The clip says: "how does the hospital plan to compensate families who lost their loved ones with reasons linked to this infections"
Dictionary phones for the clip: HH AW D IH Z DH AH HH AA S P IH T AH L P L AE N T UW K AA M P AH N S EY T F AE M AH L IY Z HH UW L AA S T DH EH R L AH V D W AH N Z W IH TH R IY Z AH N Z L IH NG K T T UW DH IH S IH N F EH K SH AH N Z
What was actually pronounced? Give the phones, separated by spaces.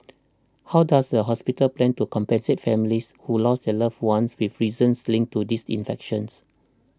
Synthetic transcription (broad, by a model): HH AW D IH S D AH HH AA S P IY T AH L P L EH N T UW K AA M P AH N S EY T F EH M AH L IY S HH UW L AA S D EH L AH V W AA N S W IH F R IY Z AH N S L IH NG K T T UW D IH S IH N F EH K SH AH N S